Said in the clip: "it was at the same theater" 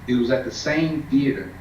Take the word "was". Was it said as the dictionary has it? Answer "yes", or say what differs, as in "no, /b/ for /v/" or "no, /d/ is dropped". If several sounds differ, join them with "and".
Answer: yes